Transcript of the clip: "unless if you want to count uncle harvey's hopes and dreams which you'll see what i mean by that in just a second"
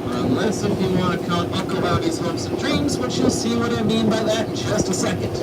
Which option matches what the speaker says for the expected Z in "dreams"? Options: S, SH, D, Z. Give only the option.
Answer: Z